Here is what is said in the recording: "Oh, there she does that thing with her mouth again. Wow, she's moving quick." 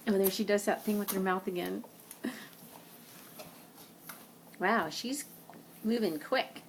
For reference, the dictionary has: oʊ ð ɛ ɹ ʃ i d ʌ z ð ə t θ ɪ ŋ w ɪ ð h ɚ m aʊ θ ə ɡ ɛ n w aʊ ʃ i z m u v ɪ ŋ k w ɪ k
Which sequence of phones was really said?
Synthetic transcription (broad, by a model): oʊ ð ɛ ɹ ʃ i d ʌ z ð ə t θ ɪ ŋ w ɪ ð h ɚ m aʊ θ ə ɡ ɛ n w aʊ ʃ i z m u v ɪ ŋ k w ɪ k